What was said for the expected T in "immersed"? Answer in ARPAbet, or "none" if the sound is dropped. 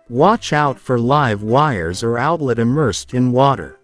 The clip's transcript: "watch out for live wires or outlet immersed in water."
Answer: T